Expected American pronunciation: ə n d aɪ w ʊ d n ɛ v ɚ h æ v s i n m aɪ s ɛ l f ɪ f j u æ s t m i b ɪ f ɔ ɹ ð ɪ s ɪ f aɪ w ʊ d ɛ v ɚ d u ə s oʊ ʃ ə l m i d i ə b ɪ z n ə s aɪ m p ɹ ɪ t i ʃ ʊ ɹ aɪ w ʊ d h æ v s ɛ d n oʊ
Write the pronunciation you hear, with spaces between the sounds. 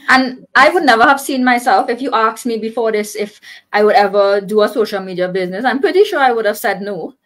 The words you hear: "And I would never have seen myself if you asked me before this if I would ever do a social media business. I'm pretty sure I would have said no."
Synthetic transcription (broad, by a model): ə n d aɪ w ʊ d n ɛ v ɚ h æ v s i n m aɪ s ɛ l f ɪ f j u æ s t m i b ɪ f ɔ ɹ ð ɪ s ɪ f aɪ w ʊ d ɛ v ɚ d u ə s oʊ ʃ ə l m i d i ə b ɪ z n ə s aɪ m p ɹ ɪ t i ʃ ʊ ɹ aɪ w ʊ d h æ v s ɛ d n oʊ